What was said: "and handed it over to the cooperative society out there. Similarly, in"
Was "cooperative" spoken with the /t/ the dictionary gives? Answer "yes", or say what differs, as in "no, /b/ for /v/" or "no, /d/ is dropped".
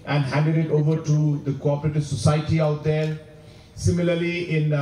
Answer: yes